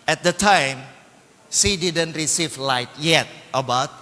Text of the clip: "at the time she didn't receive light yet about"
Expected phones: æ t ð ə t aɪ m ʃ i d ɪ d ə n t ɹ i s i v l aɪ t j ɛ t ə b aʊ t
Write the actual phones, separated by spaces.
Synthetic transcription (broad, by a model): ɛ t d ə t aɪ m s i d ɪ d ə n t ɹ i s i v l aɪ t j ɛ t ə b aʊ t